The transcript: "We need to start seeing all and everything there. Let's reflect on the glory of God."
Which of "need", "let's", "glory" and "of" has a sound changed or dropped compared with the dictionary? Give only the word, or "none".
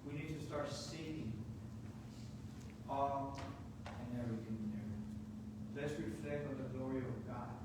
none